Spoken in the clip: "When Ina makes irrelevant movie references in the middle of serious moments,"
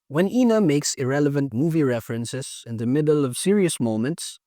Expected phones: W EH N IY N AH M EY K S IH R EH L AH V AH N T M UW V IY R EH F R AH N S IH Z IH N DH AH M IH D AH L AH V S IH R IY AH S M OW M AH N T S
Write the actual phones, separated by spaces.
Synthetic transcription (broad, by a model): W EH N IY N AH M EY K S IH R EH L AH V AH N T M UW V IY R EH F R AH N S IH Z IH N DH AH M IH D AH L AH V S IH R IY AH S M OW M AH N T S